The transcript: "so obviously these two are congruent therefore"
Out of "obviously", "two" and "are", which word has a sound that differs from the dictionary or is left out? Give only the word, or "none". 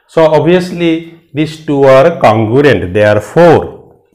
obviously